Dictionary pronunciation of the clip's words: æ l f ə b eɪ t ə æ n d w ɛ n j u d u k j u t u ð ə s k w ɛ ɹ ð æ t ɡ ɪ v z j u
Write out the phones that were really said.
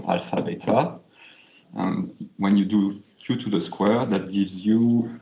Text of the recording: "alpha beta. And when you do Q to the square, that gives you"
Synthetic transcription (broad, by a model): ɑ l f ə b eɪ t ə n w ɛ n j u d u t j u t u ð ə s k w ɛ ɹ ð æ t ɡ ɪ v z j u